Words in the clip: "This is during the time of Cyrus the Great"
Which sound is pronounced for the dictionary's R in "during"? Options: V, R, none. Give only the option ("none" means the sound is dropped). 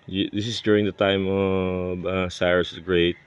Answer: R